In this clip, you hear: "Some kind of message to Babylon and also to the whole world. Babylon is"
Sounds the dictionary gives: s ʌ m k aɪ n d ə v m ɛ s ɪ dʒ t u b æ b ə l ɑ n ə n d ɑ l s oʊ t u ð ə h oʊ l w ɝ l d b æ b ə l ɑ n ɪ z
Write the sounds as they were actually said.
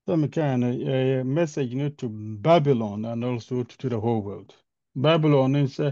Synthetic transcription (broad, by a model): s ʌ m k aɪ n ə m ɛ s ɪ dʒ t u b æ b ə l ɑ n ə n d ɑ l s oʊ t u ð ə h oʊ l w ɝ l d b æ b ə l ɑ n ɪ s